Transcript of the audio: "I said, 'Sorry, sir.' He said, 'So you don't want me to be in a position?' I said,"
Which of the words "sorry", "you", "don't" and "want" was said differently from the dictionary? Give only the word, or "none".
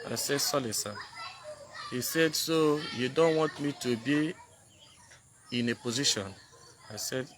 sorry